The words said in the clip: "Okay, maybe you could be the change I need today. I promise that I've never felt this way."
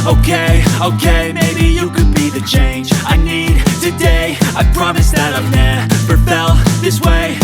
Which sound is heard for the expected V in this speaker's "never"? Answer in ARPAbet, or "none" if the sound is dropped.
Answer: P